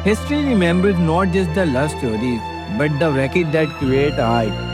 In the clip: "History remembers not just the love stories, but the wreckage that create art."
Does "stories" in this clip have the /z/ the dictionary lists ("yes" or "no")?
no